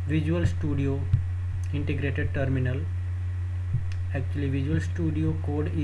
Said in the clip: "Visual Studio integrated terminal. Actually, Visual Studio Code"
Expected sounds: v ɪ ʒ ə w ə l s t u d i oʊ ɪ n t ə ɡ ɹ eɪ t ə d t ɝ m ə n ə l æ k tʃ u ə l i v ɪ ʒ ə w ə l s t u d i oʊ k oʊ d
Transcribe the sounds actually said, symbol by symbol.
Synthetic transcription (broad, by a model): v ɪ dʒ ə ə l s t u d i oʊ ɪ n t ə ɡ ɹ eɪ t ə d t ɝ m ə n ə l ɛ k tʃ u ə l i v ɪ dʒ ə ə l s t u d i oʊ k oʊ d